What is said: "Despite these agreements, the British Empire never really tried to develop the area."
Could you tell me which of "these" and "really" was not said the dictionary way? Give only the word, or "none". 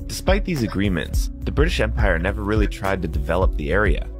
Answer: none